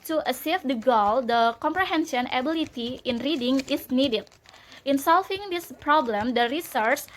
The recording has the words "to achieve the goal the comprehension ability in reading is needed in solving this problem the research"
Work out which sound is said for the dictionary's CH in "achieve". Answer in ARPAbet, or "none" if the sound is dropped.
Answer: S